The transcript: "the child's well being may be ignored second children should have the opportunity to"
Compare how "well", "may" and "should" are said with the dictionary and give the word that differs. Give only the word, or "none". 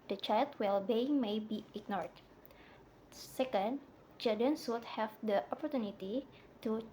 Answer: should